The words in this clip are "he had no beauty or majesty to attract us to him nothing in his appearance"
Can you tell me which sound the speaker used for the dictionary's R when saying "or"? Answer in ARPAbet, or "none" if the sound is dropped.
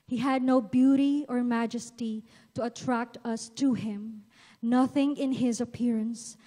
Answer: R